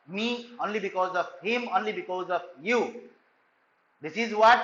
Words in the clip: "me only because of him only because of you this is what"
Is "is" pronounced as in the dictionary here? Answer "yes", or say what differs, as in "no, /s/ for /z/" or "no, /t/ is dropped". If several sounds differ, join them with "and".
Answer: yes